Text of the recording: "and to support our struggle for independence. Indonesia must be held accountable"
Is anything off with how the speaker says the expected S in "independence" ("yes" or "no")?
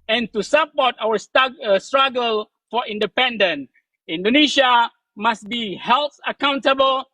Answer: yes